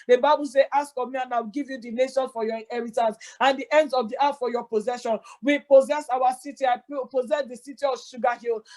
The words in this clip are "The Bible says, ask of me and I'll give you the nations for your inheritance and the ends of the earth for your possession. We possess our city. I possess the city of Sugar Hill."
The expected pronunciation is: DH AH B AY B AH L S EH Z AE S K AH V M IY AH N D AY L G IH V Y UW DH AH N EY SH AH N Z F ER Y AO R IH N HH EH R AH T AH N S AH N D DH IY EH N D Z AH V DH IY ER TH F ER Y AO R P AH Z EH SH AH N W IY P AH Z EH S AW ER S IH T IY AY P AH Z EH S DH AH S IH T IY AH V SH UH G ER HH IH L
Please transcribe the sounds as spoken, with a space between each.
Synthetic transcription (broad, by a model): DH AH B AY B AH L S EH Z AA S K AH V M IY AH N AY W G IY V Y UW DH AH N EY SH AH N F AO Y AO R IH N HH EH R AH T AH N S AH N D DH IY EH N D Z AH V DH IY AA T F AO Y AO P AH Z EH SH AH N W IY P AH Z EH S AW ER S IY T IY AY P AH Z EH S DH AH S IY T IY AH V SH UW G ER HH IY L